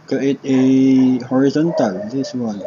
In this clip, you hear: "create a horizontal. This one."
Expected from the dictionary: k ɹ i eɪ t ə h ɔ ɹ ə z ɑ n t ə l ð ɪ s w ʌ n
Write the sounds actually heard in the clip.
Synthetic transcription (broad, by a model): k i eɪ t ə h ɔ ɹ ə z ɑ n t ə l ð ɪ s w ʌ n